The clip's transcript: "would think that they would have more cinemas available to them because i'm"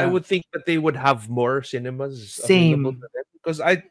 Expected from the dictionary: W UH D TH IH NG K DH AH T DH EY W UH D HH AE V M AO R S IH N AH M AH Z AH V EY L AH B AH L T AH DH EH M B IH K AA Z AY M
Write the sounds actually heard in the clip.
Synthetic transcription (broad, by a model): W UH D TH IH NG K DH AH T DH EY W UH D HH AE V M AO R S IH N AH M AH Z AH EY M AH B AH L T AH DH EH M B IH K AA Z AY